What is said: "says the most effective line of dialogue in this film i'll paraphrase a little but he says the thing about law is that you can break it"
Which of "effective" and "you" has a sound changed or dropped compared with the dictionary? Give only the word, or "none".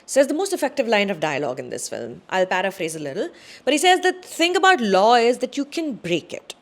none